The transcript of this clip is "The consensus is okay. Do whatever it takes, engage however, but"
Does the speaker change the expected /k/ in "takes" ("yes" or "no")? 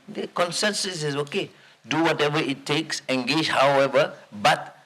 no